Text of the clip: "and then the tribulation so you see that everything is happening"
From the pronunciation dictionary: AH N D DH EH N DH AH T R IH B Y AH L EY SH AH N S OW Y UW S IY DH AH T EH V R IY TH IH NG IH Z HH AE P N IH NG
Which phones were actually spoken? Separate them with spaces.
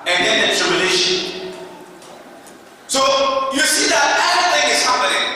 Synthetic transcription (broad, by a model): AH N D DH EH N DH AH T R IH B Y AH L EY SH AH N S OW Y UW S IY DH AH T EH R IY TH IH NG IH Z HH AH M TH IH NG